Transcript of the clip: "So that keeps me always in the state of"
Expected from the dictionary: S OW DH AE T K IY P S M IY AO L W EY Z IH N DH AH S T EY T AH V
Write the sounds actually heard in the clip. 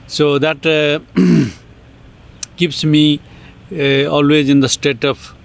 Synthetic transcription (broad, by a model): S OW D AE T K IY P S M IY AO L W EY Z IH N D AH S T EY T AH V